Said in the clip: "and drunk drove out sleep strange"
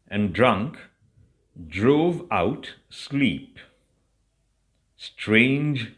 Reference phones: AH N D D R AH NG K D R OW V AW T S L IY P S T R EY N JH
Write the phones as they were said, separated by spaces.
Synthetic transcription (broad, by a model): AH N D D R AH NG K D R OW V AW T S L IY P S T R EY N JH